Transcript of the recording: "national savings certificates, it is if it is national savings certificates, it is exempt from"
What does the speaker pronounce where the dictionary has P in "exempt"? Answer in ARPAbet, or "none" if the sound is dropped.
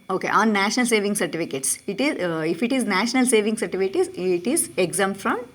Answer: F